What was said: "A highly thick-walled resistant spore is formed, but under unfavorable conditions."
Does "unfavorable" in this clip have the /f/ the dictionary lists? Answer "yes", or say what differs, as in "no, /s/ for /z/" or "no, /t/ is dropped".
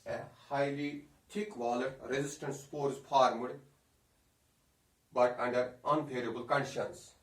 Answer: no, /p/ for /f/